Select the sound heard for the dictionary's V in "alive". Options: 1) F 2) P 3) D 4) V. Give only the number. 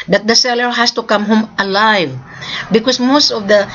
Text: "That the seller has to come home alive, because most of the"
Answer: 4